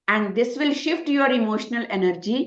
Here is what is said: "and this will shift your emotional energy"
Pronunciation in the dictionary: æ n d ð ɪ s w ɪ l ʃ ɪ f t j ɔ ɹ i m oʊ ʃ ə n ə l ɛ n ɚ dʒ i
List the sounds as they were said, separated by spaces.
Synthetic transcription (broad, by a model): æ n d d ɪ s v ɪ l ʃ ɪ f t j ɔ ɹ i m oʊ ʃ ə n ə l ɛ n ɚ dʒ i